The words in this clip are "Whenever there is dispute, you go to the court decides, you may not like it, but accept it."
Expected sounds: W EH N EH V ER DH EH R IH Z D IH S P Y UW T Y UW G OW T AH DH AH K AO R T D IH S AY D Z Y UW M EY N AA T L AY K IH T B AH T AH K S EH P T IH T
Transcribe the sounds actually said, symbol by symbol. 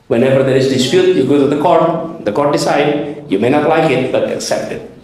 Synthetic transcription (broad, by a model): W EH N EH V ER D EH R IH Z D IH S P Y UW T Y UW G OW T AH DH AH K AO R T D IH S AY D Y UW M EY N AA T L AY K IH T B AH T AH K S EH P T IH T